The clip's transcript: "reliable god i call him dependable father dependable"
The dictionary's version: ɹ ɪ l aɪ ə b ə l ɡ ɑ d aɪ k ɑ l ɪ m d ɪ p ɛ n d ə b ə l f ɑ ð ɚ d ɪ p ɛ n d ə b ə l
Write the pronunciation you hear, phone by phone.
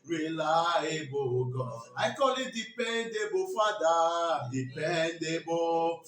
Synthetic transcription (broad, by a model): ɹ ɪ l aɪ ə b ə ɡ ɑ aɪ k ɑ l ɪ d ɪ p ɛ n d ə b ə f ɑ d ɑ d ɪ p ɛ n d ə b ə